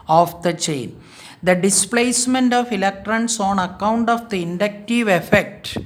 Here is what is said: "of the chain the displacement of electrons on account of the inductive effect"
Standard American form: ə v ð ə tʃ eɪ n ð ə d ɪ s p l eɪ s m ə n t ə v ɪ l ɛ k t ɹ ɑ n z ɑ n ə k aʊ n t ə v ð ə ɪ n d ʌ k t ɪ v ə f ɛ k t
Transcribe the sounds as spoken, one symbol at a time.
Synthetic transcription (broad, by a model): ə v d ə tʃ eɪ n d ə d ɪ s p l eɪ s m ə n t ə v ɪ l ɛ k t ɹ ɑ n s ɑ n ə k aʊ n t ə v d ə ɪ n d ʌ k t ɪ v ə f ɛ k t